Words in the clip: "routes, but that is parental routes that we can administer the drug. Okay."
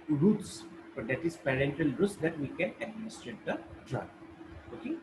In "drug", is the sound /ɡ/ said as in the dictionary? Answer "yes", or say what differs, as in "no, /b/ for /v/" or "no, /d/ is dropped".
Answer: no, /ɡ/ is dropped